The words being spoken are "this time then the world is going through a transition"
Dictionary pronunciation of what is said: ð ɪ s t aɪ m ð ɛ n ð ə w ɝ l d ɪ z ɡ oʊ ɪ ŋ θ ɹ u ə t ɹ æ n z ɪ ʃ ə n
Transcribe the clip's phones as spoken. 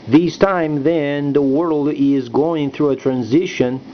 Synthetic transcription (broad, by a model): ð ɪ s t aɪ m ð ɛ n ð ə w ɝ l d ɪ z ɡ oʊ ɪ ŋ θ ɹ u ə t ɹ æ n z ɪ ʃ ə n